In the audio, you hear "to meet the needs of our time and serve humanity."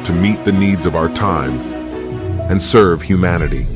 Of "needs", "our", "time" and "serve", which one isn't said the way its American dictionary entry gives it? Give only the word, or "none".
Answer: none